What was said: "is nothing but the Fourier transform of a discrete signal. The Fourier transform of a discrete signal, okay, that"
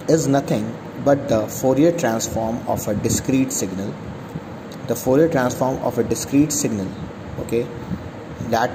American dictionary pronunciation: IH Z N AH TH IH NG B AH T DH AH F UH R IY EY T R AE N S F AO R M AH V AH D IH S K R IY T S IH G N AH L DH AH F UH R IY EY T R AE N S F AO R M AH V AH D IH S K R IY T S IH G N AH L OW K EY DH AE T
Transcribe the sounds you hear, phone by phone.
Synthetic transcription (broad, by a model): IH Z N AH T IH NG B AH T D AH F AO R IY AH T R AE N S F AO R M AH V AH D IH S K R IY T S IH G N AH L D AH F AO R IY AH T R AE N S F AO R M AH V AH D IH S K R IY T S IH G N AH L OW K EY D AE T